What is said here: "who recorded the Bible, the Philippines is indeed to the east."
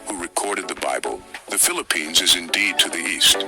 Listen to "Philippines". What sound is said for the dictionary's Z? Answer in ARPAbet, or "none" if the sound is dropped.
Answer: Z